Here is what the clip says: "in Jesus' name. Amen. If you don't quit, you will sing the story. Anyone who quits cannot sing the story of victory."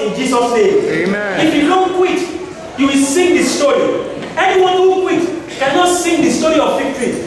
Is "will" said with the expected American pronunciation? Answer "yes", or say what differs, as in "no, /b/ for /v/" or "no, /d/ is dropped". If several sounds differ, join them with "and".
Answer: yes